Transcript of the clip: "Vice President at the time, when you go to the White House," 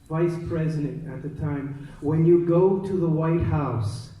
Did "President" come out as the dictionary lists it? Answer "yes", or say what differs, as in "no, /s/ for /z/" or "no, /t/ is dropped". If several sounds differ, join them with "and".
yes